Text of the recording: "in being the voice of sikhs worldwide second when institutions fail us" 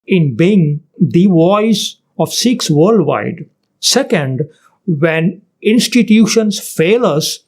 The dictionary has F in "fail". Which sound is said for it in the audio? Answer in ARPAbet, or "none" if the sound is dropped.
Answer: F